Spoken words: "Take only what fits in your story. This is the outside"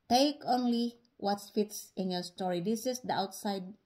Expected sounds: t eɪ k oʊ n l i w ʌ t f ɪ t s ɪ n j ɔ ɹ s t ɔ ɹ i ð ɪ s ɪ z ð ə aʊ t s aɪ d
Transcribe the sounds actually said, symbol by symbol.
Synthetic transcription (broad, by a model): t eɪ k oʊ n l i w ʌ t f ɪ t s ɪ n j ɔ ɹ s t ɔ ɹ i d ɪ s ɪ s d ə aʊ t s aɪ d